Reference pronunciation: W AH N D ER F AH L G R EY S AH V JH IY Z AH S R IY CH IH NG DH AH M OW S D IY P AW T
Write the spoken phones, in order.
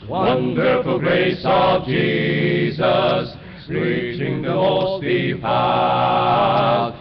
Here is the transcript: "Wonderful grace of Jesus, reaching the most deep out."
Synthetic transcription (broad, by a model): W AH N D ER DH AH G R EY S AH V JH IY Z AH S R IY CH IH NG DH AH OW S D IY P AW